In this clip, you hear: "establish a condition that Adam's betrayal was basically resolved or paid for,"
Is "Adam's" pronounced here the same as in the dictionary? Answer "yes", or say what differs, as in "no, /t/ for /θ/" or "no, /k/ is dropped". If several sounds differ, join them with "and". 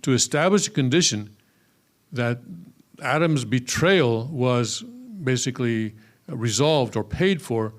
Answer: yes